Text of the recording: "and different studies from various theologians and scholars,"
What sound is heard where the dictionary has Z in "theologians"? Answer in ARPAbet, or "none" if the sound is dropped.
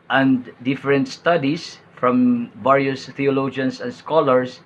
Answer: S